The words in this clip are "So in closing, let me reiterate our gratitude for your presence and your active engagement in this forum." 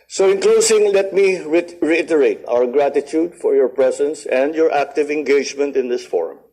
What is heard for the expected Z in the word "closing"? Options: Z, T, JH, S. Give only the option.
S